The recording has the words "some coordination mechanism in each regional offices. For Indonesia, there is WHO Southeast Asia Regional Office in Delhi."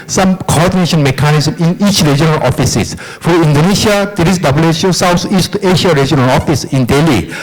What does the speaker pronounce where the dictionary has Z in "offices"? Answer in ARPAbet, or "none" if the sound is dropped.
S